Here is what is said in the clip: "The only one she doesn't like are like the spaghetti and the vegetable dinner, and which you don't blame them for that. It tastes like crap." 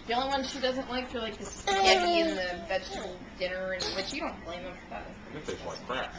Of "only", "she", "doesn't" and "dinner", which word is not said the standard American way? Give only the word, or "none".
only